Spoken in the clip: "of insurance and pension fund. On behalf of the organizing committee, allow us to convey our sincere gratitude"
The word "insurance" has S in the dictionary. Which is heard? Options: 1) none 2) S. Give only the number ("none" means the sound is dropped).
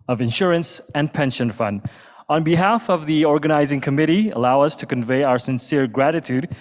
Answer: 2